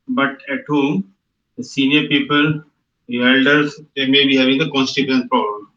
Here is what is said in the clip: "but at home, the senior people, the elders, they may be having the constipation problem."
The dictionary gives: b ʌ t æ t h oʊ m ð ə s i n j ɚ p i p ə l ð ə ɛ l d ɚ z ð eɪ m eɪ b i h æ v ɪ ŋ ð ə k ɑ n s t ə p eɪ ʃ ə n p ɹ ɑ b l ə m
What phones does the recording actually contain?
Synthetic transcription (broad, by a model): b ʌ t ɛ t h oʊ m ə s i n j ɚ p i p ə l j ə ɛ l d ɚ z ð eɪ m eɪ b i h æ v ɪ ŋ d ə k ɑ n s t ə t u ə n p ɹ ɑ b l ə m